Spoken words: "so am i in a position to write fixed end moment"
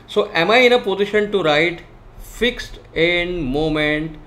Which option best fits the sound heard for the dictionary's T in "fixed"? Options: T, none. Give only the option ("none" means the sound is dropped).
T